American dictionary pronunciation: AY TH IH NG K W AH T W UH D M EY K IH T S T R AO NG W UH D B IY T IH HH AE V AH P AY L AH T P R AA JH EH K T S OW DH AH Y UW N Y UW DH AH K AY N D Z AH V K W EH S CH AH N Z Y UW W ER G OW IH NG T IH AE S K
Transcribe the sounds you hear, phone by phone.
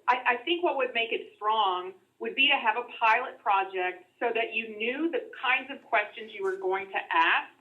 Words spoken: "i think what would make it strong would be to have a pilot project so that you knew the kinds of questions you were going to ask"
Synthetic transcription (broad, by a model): AY TH IH NG K W AH T W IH D M EY K IH T S T R AO NG W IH D B IY T IH V AH P AY L AH T P R AA JH EH K T S OW DH AH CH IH N Y UW DH AH K AY N D Z AH V K W EH S CH AH N Z Y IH W ER G OW IH NG T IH AE S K